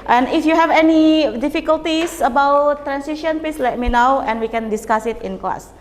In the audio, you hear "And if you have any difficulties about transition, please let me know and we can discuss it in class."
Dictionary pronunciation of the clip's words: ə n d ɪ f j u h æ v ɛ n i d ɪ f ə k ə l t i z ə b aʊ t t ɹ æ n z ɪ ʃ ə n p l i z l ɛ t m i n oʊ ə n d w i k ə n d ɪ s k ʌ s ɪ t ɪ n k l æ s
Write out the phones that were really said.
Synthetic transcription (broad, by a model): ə n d ɪ f j u h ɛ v ɛ n i d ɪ f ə k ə l t i s ə b aʊ t t ɹ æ n s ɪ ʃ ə n p i s l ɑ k m i n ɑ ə n w i k ə n d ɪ s k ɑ s ɪ t ɪ n k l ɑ s